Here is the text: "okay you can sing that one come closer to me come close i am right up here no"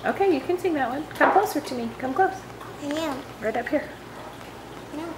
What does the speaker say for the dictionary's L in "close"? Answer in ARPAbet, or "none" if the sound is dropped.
none